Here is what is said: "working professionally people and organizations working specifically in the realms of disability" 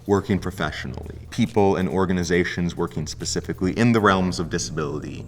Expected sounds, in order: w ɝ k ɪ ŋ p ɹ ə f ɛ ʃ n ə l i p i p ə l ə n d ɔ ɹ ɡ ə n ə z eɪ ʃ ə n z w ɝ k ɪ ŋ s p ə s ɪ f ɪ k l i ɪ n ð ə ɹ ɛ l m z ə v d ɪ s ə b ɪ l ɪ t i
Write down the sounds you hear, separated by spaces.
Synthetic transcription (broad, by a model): w ɝ k ɪ ŋ p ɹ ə f ɛ ʃ n l i p i p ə l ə n ɔ ɹ ɡ ə n ə z eɪ ʃ ə n z w ɝ k ɪ ŋ s p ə s ɪ f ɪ k l i ɪ n ð ə ɹ ɛ l m z ə v d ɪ s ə b ɪ l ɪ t i